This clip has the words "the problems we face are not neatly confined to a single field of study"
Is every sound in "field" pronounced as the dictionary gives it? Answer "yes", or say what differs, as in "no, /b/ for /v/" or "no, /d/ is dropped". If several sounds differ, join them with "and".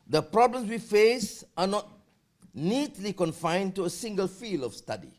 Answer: no, /d/ is dropped